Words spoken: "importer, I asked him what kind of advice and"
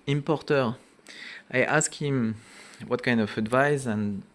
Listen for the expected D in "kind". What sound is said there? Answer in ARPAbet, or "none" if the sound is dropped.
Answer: D